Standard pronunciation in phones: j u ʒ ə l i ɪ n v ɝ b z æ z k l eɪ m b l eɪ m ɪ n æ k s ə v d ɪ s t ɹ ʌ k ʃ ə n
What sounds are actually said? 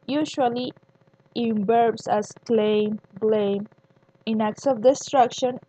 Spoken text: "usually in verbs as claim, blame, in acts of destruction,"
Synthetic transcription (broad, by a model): j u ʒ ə l i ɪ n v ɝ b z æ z k l eɪ m b l eɪ m ɪ n æ k s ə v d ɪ s t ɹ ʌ k ʃ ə n